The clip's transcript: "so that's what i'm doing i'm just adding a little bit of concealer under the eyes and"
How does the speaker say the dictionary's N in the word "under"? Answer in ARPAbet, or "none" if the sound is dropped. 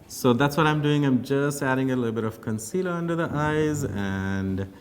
N